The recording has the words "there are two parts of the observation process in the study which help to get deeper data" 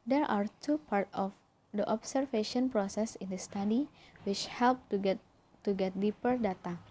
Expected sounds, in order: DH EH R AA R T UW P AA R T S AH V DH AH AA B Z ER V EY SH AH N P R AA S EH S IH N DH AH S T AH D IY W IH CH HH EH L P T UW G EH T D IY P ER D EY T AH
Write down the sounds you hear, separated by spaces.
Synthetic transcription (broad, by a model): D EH R AA R T UW P AA R T AH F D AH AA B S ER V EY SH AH N P R AA S EH S IH N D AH S T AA D IY W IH CH HH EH L P T UW G EH T D IY P ER D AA T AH